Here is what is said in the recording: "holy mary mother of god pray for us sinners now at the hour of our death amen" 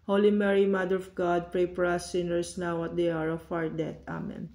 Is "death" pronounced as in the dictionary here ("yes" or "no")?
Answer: no